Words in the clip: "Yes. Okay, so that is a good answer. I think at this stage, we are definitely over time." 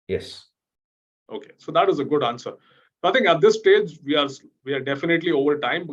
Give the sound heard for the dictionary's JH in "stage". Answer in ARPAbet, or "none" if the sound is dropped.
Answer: JH